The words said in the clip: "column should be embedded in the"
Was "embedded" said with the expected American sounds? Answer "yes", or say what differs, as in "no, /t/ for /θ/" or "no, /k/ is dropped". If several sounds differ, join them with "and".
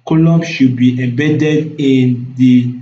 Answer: no, /m/ is dropped